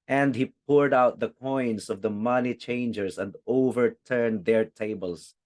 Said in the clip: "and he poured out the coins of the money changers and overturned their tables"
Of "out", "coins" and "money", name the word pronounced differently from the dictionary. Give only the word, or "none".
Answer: coins